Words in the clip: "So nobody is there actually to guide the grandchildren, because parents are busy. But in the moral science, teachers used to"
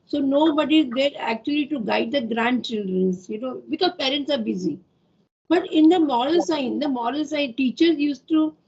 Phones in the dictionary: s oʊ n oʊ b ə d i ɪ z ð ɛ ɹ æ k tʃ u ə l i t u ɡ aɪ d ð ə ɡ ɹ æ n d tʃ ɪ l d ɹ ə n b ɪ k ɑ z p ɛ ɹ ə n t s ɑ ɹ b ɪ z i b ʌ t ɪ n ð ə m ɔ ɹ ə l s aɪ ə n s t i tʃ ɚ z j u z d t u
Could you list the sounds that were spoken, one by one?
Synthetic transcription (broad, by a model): s oʊ n oʊ b ə d i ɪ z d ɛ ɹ æ k tʃ u ə l i t u ɡ aɪ d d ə ɡ ɹ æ n d tʃ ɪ l d ɹ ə n b ɪ k ɑ z p ɛ ɹ ə n t s ɑ ɹ b ɪ z i b ʌ t ɪ n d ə m ɔ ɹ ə l s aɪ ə l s t i tʃ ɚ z j u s t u